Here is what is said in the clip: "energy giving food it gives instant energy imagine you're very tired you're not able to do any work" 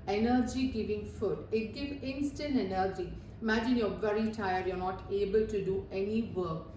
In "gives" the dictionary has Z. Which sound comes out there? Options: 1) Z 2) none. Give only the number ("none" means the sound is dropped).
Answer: 2